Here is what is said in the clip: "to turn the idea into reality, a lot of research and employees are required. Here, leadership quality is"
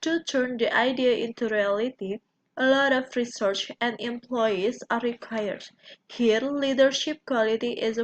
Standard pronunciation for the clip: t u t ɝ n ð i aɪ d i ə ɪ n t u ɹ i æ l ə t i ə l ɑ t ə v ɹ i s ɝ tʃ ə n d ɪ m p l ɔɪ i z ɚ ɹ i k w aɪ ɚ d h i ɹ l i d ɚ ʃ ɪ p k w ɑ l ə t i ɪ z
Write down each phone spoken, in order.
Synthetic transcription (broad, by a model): t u t ɝ n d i aɪ d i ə ɪ n t u ɹ i æ l ə t i ə l ɑ t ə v ɹ i s ɝ tʃ ə n d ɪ m p l ɔɪ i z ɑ ɹ i k w aɪ ɚ d h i ɹ l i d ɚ ʃ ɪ p k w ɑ l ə t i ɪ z